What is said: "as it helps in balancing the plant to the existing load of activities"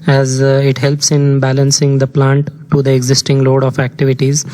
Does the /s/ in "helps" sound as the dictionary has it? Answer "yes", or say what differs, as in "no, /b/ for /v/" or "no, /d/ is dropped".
yes